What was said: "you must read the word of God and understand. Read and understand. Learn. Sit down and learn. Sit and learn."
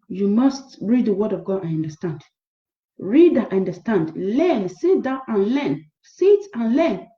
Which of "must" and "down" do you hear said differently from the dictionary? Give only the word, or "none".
down